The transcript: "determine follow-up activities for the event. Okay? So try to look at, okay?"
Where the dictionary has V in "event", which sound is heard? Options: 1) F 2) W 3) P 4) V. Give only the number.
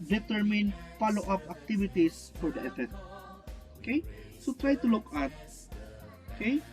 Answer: 1